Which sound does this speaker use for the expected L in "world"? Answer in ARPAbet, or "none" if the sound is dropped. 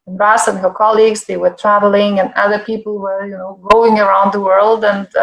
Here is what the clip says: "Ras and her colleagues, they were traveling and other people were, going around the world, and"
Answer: L